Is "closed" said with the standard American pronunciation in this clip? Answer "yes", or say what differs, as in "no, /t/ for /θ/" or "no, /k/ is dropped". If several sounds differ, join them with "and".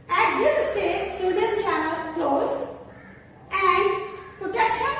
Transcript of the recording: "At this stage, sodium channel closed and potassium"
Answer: no, /d/ is dropped